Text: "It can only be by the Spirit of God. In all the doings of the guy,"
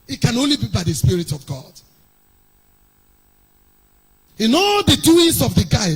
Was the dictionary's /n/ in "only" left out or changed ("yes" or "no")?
no